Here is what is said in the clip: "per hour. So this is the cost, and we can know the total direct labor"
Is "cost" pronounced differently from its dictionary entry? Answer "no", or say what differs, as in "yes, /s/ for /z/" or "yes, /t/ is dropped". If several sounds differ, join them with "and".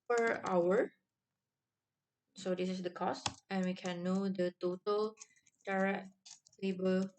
no